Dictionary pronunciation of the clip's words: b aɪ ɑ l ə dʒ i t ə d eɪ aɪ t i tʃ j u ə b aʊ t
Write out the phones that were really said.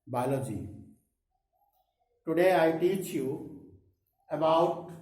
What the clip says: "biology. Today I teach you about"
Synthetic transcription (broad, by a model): b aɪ l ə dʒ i t ə d eɪ aɪ t i tʃ j u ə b aʊ t